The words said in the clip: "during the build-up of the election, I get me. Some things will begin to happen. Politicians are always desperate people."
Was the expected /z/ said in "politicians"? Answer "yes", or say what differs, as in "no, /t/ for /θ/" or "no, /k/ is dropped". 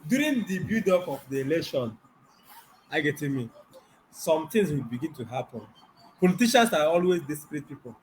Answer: no, /s/ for /z/